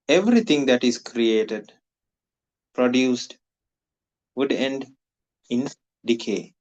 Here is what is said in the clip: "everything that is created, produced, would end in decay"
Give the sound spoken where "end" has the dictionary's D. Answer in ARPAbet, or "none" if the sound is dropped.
D